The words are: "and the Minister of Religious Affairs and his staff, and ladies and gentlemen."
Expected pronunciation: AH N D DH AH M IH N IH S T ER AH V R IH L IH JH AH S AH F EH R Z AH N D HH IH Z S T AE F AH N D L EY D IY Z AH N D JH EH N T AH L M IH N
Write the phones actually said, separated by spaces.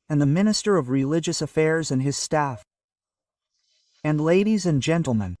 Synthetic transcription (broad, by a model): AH N DH AH M IH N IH S T ER AH V R IH L IH JH AH S AH F EH R Z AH N IH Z S T AE F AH N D L EY D IY Z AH N JH EH N T L M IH N